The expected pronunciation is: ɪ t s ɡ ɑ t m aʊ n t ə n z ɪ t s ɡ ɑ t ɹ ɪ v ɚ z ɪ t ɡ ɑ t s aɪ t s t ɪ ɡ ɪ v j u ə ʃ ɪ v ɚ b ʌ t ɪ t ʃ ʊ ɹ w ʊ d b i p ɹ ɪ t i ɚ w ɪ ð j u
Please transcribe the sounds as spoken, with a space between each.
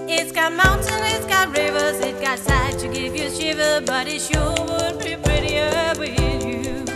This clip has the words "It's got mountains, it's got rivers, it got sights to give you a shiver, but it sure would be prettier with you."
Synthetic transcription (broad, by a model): ɪ t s ɡ ɑ t m aʊ n t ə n ɪ t s ɡ ɑ t ɹ ɪ v ɚ z ɪ t ɡ ɑ t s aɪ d t ɪ ɡ ɪ v j ə ʃ ɪ v ɚ b ʌ t ɪ t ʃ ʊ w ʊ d b i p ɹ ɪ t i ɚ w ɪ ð j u